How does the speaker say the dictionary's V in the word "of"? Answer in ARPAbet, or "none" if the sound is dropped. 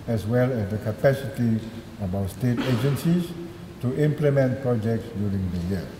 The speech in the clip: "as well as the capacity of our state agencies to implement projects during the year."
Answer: B